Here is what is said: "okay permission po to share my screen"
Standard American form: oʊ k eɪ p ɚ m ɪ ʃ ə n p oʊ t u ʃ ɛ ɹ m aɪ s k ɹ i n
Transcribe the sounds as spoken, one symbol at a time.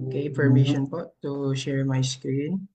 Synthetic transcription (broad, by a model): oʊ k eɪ f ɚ m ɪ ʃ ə n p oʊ t u ʃ ɛ ɹ m aɪ s k ɹ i n